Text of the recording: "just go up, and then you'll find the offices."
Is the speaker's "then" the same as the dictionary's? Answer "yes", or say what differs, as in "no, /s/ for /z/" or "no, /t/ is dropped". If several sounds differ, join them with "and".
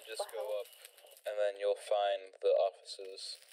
yes